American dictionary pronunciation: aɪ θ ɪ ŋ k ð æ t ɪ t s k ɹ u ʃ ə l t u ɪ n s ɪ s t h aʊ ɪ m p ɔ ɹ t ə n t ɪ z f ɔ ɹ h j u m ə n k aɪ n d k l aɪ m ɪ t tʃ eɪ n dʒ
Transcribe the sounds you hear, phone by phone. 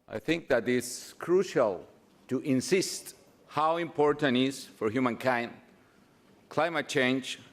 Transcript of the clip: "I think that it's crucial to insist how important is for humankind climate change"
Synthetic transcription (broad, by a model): aɪ θ ɪ ŋ k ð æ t ɪ t s k ɹ u ʃ ə l t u ɪ n s ɪ s t h aʊ ɪ m p ɔ ɹ t ə n t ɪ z f ɔ ɹ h j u m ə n k aɪ n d k l aɪ m ɪ t tʃ eɪ n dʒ